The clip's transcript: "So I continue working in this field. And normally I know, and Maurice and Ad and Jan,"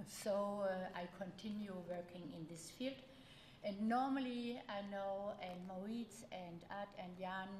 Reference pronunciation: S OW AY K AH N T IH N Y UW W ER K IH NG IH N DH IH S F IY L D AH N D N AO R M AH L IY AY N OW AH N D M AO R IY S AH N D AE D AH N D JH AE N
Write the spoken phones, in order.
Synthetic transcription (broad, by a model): S OW AY K AH N T IH N Y UW W ER K IH NG IH N DH IH S F IY L D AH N N AO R M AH L IY AY N OW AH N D M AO IY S AH N D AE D AH N D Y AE N